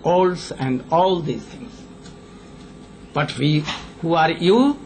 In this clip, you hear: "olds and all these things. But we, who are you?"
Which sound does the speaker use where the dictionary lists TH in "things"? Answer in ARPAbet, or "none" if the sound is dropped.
T